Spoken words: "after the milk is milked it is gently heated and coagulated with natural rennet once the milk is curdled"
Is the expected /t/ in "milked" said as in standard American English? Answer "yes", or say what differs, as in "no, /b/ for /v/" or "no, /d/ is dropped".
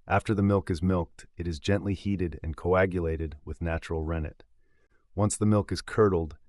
yes